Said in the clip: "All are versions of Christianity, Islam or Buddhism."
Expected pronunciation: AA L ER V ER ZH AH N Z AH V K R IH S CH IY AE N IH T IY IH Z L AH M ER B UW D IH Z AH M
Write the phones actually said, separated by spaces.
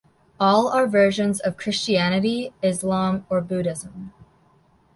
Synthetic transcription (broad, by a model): AA L ER V ER ZH AH N Z AH V K R IH S CH IY AE N IH T IY IH Z L AH M ER B UW D IH Z AH M